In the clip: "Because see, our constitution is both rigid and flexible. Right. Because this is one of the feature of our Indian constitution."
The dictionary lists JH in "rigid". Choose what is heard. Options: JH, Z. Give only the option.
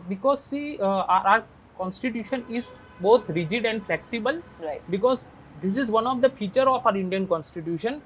JH